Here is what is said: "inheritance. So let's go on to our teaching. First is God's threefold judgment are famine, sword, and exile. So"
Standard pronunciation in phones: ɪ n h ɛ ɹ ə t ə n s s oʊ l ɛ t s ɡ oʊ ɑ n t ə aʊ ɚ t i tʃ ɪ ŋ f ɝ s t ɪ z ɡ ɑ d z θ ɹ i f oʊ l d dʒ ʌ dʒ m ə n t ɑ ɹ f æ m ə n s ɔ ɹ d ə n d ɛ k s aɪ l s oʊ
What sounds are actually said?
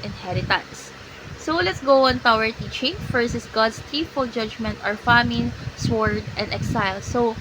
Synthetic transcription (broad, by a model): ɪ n h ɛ ɹ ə t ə n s s oʊ l ɛ t s ɡ oʊ ɑ n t aʊ ɚ t i tʃ ɪ ŋ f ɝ s ɪ s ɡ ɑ d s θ ɹ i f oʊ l dʒ ʌ dʒ m ə n t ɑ ɹ f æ m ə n s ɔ ɹ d ə n d ɛ k s aɪ l s oʊ